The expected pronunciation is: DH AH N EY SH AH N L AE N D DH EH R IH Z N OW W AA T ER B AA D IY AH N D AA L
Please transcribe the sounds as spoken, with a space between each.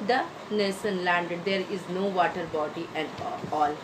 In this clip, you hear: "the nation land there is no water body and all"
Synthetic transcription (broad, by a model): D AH N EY S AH N L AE N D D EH R IH Z N OW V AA T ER B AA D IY AH N D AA L